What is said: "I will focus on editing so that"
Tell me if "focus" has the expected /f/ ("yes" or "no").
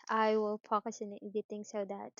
no